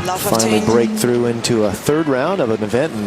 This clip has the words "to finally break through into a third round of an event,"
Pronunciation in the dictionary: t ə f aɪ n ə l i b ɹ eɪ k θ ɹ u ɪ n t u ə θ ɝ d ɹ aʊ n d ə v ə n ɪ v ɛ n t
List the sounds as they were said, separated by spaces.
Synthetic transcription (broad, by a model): f aɪ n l i b ɹ eɪ k θ ɹ u ɪ n t u ə θ ɝ d ɹ aʊ n d ə v ə n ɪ v ɛ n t